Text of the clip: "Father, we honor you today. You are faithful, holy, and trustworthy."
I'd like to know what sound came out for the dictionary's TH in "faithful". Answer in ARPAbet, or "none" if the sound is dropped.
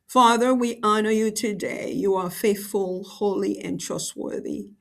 TH